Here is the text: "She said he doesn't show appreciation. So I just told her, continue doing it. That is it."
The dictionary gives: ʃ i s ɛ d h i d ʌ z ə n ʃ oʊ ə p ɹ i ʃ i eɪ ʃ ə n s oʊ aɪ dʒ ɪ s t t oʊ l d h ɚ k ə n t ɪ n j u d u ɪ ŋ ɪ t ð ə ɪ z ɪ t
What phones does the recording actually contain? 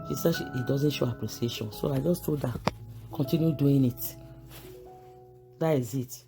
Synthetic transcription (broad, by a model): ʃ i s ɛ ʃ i d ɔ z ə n ʃ oʊ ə p ɹ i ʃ i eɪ ʃ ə n s oʊ aɪ dʒ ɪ s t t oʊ d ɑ k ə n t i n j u d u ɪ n ɪ t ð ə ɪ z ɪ t